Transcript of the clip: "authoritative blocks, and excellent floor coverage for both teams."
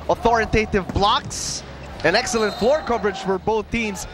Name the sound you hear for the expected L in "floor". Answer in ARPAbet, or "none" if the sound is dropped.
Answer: L